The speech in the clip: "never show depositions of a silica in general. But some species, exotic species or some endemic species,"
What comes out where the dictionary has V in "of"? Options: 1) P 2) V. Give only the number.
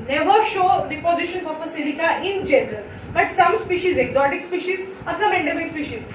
1